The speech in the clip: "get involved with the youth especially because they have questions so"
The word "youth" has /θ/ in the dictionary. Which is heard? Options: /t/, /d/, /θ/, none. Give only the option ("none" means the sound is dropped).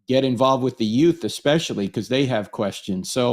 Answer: /θ/